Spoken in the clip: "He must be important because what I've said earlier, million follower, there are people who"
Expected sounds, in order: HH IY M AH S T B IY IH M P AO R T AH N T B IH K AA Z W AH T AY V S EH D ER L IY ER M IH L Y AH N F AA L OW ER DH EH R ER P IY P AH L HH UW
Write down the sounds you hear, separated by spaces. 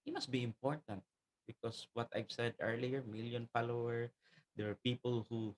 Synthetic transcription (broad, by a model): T M AH S T B IY IH M P AO R T AH N T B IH K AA S W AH T AY V S EH D ER L IY ER M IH L Y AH N F AA L OW ER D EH W ER P IY P AH L HH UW